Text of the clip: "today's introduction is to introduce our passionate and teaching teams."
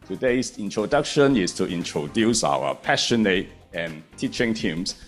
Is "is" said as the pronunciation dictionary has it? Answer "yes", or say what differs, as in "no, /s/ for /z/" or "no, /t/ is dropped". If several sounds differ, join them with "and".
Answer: no, /s/ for /z/